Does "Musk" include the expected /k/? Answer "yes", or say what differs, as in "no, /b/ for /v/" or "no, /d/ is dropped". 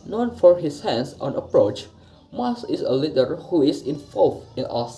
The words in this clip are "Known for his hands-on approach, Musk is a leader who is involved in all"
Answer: no, /k/ is dropped